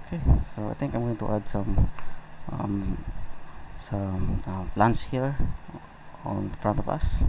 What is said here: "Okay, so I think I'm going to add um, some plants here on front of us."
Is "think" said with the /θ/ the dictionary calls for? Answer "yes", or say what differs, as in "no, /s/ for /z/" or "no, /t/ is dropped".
no, /t/ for /θ/